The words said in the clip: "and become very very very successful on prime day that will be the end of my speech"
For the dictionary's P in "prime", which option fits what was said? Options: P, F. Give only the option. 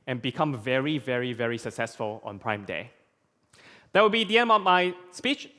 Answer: P